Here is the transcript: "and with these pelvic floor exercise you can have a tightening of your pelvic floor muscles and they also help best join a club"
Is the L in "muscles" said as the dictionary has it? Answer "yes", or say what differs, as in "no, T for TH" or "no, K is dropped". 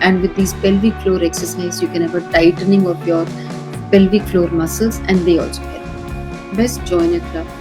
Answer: no, L is dropped